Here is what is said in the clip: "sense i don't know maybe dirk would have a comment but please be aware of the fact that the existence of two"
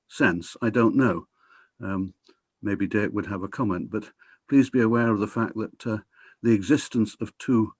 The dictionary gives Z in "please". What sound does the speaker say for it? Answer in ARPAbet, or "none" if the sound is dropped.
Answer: Z